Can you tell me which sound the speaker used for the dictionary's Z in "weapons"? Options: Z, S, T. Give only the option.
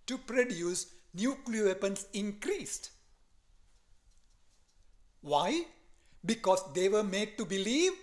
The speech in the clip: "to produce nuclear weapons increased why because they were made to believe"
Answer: S